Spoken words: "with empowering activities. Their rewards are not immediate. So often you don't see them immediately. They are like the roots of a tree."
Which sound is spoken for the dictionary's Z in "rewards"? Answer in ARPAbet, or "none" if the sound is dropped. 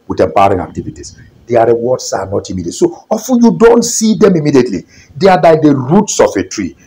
S